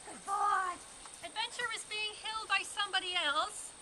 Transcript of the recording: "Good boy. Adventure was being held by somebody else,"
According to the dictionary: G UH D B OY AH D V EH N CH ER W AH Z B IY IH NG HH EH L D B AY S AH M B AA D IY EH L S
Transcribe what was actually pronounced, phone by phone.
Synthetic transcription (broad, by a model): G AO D AH D V EH N CH ER W AH Z B IY IH NG HH EH L D B AY S AH M B AA D IY EH L S